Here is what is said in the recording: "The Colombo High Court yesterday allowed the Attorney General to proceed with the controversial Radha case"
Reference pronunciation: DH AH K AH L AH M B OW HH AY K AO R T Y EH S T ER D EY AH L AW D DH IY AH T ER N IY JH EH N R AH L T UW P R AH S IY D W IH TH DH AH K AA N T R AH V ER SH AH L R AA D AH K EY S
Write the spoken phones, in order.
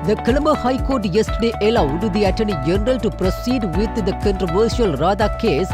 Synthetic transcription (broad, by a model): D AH K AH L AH M OW HH AY K AO R T Y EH S T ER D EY AH L AW D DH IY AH T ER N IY JH EH N R AH L T UW P R AH S IY D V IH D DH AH K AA N T R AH V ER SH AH L R AA D AH K EY S